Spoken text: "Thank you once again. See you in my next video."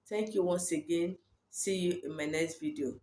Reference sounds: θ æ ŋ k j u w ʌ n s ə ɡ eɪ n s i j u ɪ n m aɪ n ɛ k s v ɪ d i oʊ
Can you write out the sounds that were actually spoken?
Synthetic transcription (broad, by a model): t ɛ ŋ k j u w ʌ n s ə ɡ eɪ n s i j u ɪ n m aɪ n ɛ k s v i d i oʊ